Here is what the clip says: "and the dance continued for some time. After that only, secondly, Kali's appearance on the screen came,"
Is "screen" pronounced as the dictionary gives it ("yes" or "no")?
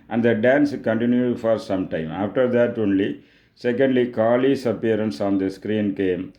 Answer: yes